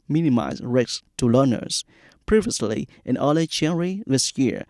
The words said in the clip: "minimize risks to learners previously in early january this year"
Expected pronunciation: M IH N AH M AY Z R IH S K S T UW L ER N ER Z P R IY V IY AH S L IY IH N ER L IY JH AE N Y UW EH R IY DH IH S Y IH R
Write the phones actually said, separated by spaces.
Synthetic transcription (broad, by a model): M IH N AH M AY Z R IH K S T UW L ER N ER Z P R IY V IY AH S L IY IH N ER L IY CH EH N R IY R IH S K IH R